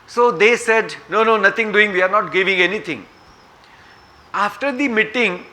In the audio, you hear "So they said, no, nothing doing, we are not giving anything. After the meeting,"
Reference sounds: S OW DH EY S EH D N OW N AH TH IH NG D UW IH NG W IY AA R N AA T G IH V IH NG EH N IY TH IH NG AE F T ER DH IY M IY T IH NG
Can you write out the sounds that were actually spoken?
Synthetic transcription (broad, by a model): S OW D EY S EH D N OW N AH T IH NG D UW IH NG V IY AA R N AA T G IH V IH NG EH N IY T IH NG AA F T ER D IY M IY T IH NG